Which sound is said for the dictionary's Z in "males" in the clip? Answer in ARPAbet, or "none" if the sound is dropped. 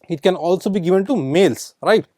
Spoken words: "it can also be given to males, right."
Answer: S